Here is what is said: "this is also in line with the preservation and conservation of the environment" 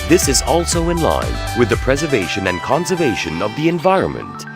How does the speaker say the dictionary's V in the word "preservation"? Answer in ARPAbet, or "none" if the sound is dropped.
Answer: V